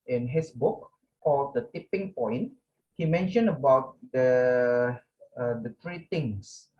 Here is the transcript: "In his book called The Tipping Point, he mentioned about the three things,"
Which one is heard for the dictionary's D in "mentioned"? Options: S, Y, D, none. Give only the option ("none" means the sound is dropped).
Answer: none